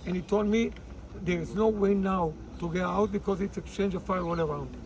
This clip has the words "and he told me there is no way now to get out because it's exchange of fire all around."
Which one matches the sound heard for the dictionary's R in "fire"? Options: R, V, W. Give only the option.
W